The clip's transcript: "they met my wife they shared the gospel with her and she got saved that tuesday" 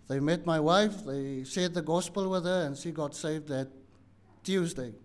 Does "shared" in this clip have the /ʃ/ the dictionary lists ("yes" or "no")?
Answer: no